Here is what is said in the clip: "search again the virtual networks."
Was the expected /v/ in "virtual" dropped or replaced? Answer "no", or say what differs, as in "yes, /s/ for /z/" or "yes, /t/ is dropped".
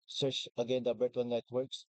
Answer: yes, /b/ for /v/